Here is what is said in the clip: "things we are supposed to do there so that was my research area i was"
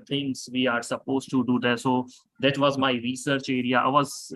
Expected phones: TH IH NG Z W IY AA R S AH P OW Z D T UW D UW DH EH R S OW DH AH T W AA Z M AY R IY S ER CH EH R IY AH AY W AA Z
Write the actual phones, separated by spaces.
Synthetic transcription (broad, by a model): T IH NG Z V IY AA R S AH P OW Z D T UW D UW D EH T S OW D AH T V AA Z M AY R IY S ER CH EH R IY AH AY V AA Z